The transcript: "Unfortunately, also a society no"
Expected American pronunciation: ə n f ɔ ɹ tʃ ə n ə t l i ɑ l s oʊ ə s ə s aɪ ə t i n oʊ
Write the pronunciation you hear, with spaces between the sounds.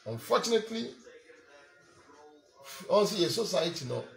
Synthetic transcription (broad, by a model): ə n f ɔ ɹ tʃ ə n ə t l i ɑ n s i ə s ə s aɪ ə t i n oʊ